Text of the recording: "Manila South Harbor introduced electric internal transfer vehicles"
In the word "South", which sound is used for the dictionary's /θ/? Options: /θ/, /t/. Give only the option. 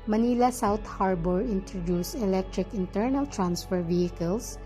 /t/